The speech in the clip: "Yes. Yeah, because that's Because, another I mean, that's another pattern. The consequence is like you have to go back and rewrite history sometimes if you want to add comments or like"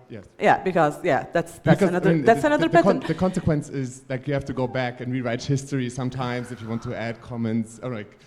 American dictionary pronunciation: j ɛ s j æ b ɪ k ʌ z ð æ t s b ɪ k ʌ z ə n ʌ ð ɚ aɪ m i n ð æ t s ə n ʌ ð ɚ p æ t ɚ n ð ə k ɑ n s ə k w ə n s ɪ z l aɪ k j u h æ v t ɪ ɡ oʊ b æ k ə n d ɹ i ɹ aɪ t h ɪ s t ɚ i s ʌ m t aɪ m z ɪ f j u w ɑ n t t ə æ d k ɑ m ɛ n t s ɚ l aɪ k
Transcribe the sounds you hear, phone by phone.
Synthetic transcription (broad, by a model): j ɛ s j æ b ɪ k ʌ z ð æ t s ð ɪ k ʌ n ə ʌ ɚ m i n ð æ t s ə n ʌ ð ɚ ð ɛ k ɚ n ð ə k ɑ n s ə k w ə n s ɪ z l aɪ k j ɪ h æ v t ɪ ɡ oʊ b æ k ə n ɹ i ɹ aɪ t h ɪ s t ɚ i s ʌ m t aɪ m z ɪ f j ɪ w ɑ n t t ə æ d k ɑ m ɛ n t s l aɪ k